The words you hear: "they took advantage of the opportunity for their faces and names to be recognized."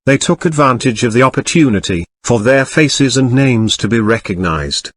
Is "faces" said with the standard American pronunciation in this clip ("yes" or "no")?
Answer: yes